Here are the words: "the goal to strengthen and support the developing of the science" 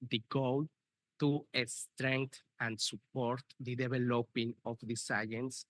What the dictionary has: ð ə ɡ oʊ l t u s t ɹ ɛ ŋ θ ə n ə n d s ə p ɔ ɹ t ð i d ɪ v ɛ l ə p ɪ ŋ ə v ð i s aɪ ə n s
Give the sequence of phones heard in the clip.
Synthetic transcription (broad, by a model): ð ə ɡ oʊ l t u s t ɹ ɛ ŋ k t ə n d s ə p ɔ ɹ t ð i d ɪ b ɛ l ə p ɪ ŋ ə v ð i s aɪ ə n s